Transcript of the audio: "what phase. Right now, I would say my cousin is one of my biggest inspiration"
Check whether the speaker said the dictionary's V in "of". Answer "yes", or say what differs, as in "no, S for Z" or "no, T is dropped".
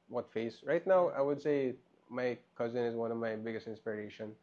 yes